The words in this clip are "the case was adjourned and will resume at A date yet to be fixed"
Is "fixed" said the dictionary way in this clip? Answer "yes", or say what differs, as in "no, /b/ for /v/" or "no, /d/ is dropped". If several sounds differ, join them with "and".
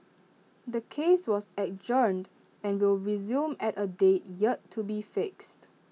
yes